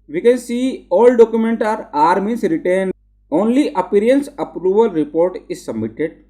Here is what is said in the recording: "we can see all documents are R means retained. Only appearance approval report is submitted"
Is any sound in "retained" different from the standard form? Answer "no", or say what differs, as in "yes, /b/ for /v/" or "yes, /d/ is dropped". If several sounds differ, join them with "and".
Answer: yes, /d/ is dropped